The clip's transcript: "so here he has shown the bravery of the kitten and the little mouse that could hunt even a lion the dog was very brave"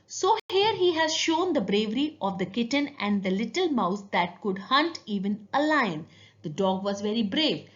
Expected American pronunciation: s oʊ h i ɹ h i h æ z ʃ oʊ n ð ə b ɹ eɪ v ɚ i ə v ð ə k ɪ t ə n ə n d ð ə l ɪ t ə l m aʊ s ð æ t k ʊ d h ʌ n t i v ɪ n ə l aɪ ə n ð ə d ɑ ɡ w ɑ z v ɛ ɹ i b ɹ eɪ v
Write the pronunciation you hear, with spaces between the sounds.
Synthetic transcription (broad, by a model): s oʊ h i ɹ h i h æ z ʃ oʊ n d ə b ɹ eɪ v ɚ i ə v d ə k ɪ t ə n ə n d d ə l ɪ t ə l m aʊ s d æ t k ʊ d h ʌ n t i v ɪ n ə l aɪ ə n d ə d ɑ ɡ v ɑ z v ɛ ɹ i b ɹ eɪ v